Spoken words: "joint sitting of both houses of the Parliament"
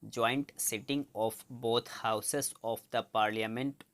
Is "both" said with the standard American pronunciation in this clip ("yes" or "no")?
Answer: no